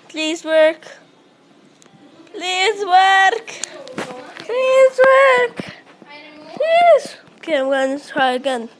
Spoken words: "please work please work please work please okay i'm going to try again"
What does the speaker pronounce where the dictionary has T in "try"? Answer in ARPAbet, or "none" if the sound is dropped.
S